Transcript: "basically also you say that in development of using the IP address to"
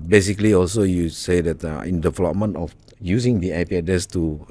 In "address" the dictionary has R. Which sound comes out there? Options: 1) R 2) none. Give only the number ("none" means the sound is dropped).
2